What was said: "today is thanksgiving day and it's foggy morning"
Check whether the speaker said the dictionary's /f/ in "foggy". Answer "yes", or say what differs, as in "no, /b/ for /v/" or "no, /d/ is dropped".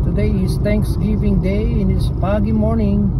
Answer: no, /p/ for /f/